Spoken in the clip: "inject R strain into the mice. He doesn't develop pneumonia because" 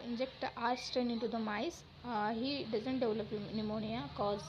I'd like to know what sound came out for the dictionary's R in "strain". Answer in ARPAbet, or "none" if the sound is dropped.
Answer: none